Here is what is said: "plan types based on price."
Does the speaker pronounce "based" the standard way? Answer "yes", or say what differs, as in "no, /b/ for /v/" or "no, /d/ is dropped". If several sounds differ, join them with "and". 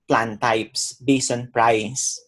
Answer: no, /t/ is dropped